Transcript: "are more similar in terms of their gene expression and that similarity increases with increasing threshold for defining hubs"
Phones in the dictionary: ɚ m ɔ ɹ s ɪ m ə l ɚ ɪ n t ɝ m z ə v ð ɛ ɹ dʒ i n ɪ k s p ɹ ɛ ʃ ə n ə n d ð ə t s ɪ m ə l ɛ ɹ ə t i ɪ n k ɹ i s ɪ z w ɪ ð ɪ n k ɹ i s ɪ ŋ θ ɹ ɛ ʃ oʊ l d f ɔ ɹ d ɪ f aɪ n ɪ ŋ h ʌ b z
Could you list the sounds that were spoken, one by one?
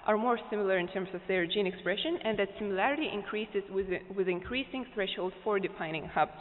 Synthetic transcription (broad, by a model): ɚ m ɔ ɹ s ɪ m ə l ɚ ɪ n t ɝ m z ə v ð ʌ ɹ dʒ i n ɪ k s p ɹ ɛ ʃ ə n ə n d ð ə t s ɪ m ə l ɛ ɹ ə t i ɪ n k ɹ i s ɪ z w ɪ ð ɪ n k ɹ i s ɪ ŋ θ ɹ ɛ ʃ oʊ l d f ɔ ɹ d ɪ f aɪ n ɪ ŋ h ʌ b